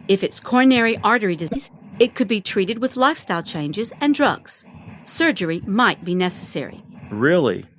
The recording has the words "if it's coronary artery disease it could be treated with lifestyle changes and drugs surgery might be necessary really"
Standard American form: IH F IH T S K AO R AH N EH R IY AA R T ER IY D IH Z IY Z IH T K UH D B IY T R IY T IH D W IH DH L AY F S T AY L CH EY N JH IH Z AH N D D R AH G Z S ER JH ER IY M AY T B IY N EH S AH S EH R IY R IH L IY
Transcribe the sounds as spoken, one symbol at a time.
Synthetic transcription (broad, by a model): IH F IH T S K AO R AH N EH R IY AA R T ER IY D IH Z IY Z IH T K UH D B IY T R IY T IH D W IH DH L AY F S T AY L CH EY N JH IH Z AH N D D R AH G Z S ER JH ER IY M AY T B IY N EH S AH S EH R IY R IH L IY